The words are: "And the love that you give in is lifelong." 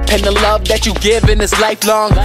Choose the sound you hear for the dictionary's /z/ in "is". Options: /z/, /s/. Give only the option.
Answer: /s/